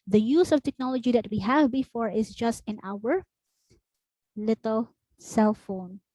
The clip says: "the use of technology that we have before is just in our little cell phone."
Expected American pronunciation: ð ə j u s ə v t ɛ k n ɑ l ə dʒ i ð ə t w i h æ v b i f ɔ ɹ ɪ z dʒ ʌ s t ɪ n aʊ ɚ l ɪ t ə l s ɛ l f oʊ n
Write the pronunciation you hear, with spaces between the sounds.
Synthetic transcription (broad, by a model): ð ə j u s ə v t ɛ k n ɑ l ə dʒ i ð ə t w i h æ v b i f ɔ ɹ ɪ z dʒ ʌ s t ɪ n aʊ ɚ l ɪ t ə l s ɛ l f oʊ n